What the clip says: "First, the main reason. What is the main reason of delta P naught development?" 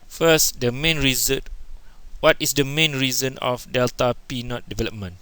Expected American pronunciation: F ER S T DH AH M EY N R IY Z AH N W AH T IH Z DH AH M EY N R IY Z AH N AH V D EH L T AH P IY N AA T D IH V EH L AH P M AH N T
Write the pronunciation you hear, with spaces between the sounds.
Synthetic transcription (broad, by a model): F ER S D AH M EY N R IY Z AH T W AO T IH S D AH M EY N R IY Z AH N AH F D EH L T AH P IY N AA T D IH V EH L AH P M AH N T